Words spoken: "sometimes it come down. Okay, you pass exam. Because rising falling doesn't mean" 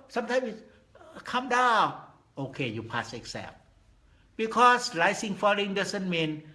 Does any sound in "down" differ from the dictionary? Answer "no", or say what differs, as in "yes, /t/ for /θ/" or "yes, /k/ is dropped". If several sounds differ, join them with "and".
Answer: yes, /n/ is dropped